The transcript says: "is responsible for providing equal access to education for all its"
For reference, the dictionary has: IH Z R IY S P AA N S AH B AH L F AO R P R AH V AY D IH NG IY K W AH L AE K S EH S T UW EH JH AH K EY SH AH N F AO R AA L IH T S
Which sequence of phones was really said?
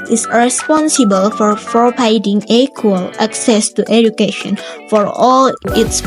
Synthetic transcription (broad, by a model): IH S R IY S P AA N S AH B AH L F AO R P R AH P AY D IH NG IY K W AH L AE K S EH S T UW EH JH AH K EY SH AH N F AO R AA L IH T S